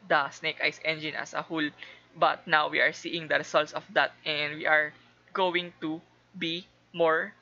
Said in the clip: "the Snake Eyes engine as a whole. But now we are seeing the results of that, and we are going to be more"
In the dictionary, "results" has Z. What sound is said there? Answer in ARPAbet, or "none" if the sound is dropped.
S